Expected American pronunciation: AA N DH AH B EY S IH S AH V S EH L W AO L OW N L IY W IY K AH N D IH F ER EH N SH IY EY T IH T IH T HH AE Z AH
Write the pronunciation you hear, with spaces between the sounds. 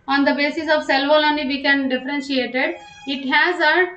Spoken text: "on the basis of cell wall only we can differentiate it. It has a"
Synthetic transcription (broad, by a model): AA N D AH B EY S IH S AH V S EH L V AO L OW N IY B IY K AH N D IH F ER EH N SH IY EY T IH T IH T HH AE Z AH